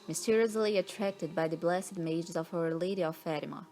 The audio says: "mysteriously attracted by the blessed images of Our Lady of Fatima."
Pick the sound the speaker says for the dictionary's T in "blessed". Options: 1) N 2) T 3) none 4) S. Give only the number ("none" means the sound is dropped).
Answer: 3